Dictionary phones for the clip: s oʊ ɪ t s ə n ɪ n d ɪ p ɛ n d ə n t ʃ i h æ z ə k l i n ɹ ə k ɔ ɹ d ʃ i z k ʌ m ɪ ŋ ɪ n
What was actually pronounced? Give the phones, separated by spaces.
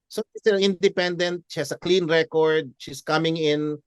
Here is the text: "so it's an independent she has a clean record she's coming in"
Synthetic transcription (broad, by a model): s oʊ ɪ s ə n ɪ n d ɪ p ɛ n d ə n t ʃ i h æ s ə k l i n ɹ ə k ɔ ɹ d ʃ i s k ʌ m ɪ ŋ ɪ n